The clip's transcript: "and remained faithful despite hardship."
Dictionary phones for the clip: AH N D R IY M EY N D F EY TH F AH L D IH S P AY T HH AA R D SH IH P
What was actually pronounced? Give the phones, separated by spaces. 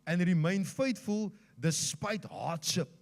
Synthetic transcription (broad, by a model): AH N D R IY M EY N F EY T F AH L D IH S P AY T HH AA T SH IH P